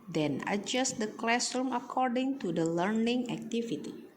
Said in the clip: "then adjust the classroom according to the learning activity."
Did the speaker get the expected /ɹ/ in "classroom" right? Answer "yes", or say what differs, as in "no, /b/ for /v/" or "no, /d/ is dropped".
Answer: no, /ɹ/ is dropped